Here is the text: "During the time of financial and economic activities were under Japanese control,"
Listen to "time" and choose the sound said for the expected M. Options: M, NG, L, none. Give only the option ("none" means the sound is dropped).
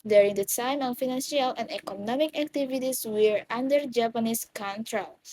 M